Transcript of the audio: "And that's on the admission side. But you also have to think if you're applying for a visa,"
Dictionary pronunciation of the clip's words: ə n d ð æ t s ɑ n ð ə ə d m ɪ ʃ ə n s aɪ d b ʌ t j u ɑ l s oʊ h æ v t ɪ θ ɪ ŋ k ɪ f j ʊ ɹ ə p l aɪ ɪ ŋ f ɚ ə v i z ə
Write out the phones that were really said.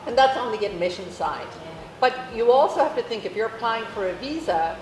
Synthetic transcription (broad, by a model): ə n ð æ t s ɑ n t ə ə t m ɪ ʃ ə n s aɪ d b ʌ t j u ɑ l s oʊ h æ f t ɪ θ ɪ ŋ k ɪ f j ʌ ɹ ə p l aɪ ɪ ŋ f ɚ ə v i z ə